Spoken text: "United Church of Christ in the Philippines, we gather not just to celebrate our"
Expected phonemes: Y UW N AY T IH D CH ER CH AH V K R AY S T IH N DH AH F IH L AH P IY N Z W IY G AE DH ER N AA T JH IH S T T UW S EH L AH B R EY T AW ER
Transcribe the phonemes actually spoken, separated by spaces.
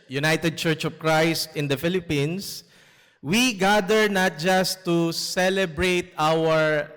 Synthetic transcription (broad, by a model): Y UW N AY T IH D CH ER CH AH V K R AY S T IH N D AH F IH L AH P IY N S W IY G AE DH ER N AA T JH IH S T T UW S EH L AH B R EY T AW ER